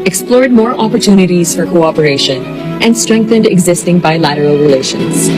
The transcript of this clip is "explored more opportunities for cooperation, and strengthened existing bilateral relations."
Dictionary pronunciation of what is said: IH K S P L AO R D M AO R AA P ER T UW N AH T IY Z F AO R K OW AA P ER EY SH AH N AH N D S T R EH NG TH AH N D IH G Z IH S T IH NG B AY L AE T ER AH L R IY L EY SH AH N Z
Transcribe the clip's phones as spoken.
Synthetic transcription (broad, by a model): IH K S P L AO R D M AO R AA P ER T UW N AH T IY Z F AO R K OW AA P ER EY SH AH N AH N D S T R EH NG TH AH N D IH G Z IH S T IH NG B AY L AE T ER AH L R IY L EY SH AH N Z